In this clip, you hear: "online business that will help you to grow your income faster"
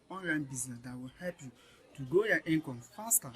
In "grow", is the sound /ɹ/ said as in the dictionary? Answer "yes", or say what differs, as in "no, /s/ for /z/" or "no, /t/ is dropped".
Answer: no, /ɹ/ is dropped